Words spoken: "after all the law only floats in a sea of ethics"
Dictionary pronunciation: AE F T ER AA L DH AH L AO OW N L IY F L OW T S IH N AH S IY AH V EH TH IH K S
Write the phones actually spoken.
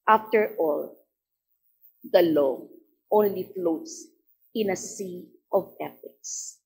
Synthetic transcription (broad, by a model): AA F T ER AA L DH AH L AO OW N L IY F L OW T S IH N AH S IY AH V EH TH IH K S